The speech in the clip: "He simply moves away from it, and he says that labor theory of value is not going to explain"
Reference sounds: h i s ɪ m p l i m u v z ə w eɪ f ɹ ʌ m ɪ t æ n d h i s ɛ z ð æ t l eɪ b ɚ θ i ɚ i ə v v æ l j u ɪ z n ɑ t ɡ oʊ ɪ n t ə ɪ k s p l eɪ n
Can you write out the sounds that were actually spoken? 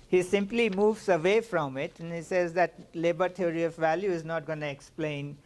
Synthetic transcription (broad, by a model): h i s ɪ m p l i m u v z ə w eɪ f ɹ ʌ m ɪ t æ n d h i s ɛ z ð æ t l eɪ b ɚ t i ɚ i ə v v æ l j u ɪ z n ɑ t ɡ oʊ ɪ n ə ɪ k s p l eɪ n